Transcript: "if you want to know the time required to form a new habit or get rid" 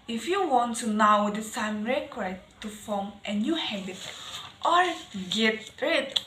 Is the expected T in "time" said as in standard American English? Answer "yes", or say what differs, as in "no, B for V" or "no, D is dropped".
no, S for T